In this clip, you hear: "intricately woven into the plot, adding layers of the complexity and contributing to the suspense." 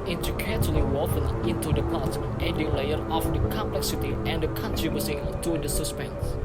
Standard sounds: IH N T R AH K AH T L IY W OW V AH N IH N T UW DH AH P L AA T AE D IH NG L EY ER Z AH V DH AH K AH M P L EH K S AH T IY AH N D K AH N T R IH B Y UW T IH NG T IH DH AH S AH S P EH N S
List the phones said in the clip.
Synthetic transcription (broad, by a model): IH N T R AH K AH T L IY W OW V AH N IH N T UW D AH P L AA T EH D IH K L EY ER AH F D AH K AH M P L EH K S AH T IY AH N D K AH N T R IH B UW S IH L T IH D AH S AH S P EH N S